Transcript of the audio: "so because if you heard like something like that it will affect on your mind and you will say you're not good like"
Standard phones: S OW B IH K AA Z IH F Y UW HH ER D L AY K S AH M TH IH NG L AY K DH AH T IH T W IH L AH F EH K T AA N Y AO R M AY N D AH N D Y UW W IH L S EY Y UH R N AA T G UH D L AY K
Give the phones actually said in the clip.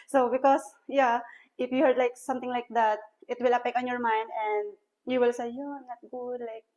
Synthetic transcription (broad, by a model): S OW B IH K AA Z IH F Y UW HH ER D L AY K S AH M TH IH NG L AY K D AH T IH T W IH L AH P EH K AA N Y AO R M AY N D AH N D Y UW W IH L S EY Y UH N AA T G UH D L AY K